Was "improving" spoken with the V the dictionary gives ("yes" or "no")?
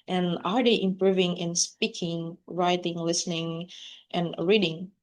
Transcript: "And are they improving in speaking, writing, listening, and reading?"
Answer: yes